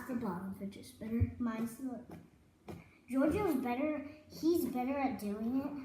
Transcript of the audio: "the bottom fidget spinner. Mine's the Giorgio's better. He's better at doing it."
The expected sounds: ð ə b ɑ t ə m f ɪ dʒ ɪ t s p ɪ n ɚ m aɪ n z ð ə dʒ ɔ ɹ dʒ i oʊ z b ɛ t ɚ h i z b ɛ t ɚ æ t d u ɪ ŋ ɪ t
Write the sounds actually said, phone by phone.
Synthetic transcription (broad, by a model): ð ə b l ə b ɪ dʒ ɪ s b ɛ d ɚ m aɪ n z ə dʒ ɔ ɹ dʒ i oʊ z b ɛ t ɚ h i z b ɛ t ɚ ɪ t d u ɪ ŋ ɪ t